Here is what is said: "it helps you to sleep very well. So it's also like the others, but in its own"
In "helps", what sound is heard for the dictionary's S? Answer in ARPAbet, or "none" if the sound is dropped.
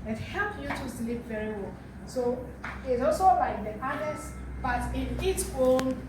none